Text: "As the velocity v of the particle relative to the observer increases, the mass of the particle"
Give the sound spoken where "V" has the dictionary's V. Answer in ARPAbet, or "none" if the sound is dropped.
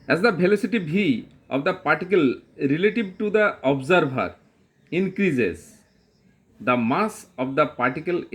B